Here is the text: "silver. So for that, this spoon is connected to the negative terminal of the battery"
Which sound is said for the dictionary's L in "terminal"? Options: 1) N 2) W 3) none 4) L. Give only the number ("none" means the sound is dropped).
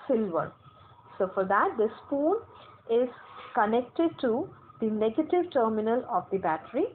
4